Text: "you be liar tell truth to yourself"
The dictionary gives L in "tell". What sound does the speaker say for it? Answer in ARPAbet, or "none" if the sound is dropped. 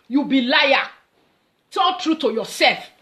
N